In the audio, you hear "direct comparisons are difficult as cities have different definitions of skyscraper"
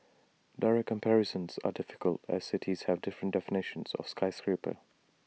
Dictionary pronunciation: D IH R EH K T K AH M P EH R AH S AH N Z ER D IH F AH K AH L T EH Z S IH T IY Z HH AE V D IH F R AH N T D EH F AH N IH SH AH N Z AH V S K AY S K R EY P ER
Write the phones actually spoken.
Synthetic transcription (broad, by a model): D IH R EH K K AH M P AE R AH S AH N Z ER D IH F AH K AH L T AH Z S IH T IY Z HH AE V D IH F R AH N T D EH F AH N IH SH AH N Z AH V S K AY S K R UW P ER